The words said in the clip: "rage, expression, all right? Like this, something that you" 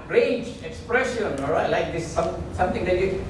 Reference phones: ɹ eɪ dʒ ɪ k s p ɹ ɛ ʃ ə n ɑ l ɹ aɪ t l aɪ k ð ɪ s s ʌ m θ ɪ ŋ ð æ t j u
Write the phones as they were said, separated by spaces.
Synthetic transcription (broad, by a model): ɹ eɪ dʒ ɪ k s p ɹ ɛ ʃ ə n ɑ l ɹ aɪ t l aɪ k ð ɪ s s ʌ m s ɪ ŋ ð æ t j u